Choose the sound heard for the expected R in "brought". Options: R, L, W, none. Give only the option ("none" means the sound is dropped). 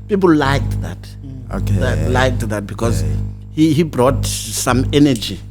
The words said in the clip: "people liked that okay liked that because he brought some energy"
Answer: R